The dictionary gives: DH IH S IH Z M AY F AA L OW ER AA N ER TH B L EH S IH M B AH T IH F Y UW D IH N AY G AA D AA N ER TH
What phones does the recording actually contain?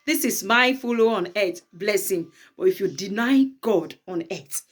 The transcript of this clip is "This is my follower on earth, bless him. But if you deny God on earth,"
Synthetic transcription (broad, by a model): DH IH S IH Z M AY F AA L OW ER AA N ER T B L EH S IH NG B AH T IH F Y UW D IH N AY G AA D AA N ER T